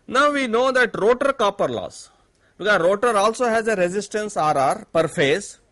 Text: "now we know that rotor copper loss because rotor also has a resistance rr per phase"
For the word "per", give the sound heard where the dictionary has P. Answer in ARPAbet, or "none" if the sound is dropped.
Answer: P